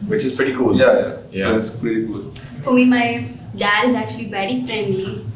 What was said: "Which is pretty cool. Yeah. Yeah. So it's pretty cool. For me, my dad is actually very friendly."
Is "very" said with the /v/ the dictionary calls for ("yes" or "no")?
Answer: no